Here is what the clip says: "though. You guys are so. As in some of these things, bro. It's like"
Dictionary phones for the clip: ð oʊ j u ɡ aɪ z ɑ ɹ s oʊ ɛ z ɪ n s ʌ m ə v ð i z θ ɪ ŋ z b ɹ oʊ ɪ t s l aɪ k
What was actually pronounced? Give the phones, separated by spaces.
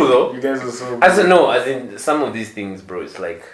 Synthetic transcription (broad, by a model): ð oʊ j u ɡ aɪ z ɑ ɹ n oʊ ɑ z ɪ n s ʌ m ə v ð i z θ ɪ ŋ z b ɹ oʊ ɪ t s l aɪ k